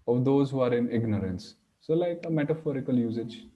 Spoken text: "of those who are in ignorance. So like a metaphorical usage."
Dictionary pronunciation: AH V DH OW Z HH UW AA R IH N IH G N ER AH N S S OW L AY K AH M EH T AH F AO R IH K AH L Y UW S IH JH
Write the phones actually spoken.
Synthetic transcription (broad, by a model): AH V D OW Z HH UW AA R IH N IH G N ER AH N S S OW L AY K AH M EH T AH F AO R IH K AH L Y UW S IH JH